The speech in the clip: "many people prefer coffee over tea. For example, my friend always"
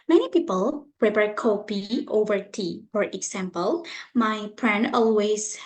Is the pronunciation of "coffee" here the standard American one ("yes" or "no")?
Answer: no